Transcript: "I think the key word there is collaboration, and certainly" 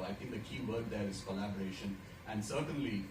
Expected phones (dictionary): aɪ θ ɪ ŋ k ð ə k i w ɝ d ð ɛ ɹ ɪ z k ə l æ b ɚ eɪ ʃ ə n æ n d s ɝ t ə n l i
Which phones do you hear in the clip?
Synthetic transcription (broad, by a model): aɪ t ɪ ŋ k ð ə k i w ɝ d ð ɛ ɹ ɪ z k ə l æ b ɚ eɪ ʃ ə n æ n d s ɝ t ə n l i